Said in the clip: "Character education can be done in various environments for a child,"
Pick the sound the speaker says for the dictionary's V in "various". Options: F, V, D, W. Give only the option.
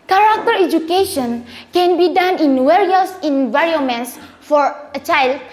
W